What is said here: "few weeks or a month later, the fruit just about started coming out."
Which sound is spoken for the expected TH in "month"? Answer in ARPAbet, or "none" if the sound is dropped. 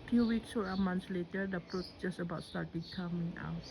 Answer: S